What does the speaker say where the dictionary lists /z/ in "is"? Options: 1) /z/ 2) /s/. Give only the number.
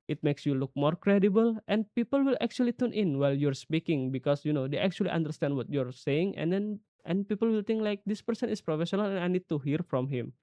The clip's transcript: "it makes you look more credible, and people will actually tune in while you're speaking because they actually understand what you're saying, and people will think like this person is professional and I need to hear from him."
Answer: 2